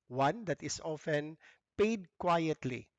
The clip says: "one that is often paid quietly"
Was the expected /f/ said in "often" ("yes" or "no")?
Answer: yes